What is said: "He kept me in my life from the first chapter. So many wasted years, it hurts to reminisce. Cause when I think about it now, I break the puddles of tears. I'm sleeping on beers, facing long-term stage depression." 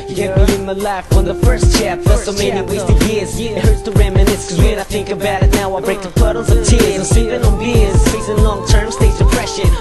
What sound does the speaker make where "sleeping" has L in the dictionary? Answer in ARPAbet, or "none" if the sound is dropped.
none